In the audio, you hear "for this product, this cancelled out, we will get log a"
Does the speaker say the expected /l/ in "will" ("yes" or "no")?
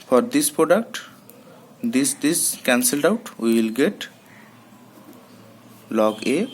yes